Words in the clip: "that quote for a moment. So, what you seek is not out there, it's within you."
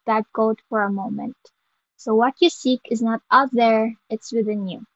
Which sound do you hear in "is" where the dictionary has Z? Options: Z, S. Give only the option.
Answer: Z